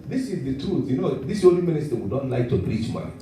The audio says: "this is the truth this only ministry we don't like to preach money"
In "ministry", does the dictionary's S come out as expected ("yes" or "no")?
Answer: yes